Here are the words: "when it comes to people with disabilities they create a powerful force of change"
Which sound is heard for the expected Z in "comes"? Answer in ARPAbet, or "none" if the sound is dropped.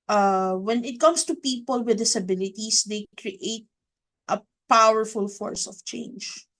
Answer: S